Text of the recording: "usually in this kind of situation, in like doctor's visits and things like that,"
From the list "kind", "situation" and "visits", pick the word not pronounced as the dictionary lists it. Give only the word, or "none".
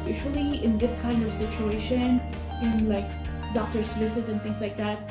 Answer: visits